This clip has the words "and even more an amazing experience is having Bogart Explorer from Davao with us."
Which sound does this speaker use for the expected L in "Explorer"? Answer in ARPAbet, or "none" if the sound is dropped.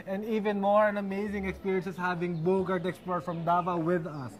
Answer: none